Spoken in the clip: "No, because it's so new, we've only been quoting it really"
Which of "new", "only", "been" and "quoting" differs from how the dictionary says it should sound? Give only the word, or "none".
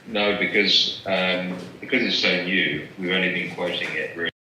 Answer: only